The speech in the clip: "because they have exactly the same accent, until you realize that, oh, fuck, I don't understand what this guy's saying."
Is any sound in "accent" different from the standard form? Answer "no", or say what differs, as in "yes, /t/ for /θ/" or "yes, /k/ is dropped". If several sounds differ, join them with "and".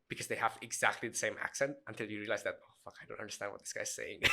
no